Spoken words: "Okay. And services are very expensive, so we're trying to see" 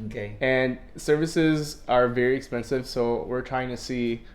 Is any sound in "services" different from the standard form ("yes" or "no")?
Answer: no